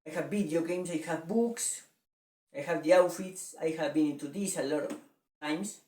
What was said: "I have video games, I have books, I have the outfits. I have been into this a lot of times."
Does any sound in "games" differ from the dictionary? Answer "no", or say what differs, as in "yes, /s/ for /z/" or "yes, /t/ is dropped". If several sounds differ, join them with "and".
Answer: yes, /s/ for /z/